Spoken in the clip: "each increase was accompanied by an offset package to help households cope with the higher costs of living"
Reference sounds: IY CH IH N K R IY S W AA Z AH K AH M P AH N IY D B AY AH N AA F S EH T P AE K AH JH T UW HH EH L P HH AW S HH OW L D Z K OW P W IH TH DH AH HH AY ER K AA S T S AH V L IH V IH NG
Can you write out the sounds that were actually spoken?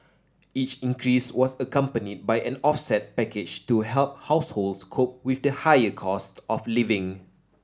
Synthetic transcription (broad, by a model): IY CH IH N K R IY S W AA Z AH K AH M P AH N IY D B AY AH N AA F S EH T P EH K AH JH T UW HH EH L P HH AW S HH OW L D S K OW P W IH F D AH HH AY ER K AA S T AH F L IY V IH NG